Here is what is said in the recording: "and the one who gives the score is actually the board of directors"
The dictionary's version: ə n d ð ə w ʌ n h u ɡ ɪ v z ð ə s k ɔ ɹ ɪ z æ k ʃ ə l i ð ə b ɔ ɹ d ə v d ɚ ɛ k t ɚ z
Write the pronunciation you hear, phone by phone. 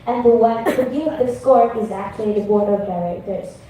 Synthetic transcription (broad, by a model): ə n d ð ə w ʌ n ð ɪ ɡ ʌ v ð ə s k ɔ ɹ ɪ z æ k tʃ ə l i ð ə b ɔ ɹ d ə v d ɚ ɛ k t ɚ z